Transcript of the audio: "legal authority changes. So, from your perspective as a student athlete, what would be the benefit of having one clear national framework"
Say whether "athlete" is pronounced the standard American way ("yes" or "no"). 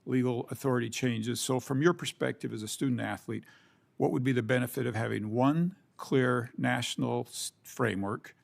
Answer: yes